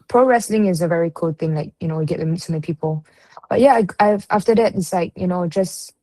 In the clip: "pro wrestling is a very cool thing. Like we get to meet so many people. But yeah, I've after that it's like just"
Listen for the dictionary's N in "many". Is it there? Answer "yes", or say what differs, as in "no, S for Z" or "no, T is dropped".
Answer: no, N is dropped